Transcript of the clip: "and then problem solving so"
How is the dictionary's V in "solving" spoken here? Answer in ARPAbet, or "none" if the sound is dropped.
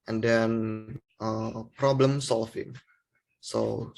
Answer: F